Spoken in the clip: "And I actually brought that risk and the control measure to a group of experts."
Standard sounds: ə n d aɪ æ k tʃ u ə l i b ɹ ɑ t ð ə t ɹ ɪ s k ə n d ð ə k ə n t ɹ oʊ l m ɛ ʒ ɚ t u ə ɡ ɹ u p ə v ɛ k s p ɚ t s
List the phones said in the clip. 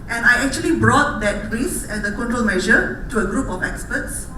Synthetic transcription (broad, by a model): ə n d aɪ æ k tʃ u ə l i b ɹ ɑ t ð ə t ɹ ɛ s ə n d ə k ə n t ɹ oʊ l m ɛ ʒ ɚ t u ə ɡ ɹ u p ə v ɛ k s p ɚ t s